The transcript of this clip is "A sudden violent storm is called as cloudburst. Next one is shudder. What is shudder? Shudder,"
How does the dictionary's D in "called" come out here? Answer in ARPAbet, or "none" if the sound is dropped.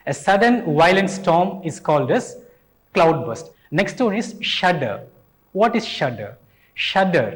D